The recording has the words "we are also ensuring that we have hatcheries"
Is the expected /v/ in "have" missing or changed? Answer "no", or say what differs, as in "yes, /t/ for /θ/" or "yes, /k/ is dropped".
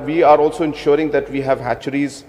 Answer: no